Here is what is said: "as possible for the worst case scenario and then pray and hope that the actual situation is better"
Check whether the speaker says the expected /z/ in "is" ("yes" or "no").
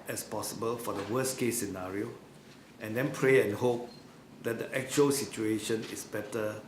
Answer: no